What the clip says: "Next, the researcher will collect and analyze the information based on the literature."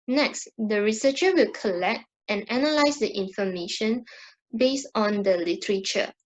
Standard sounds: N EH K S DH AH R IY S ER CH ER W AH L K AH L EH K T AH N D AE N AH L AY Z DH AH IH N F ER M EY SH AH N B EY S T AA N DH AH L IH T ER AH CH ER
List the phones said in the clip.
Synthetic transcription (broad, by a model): N EH K S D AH R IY S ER CH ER W AH L K AH L EH K T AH N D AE N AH L AY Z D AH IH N F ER M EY SH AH N B EY S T AA N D AH L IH T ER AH CH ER